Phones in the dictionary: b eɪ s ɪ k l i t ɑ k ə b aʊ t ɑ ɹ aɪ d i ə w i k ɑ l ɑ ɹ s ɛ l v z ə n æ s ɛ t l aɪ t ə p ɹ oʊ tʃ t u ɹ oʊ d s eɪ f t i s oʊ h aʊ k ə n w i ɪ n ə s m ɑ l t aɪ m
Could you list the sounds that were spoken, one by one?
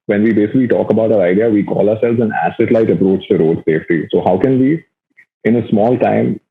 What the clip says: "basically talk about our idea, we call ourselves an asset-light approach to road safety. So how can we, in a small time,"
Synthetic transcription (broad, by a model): b eɪ s ɪ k l i t ɑ k ə b aʊ t ɑ ɹ aɪ d i ə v i k ɑ l ɑ ɹ s ɛ l v z ə n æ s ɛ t l aɪ t ə p ɹ oʊ tʃ t u ɹ oʊ d s eɪ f t i s oʊ h aʊ k ə n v i ɪ n ə s m ɑ l t aɪ m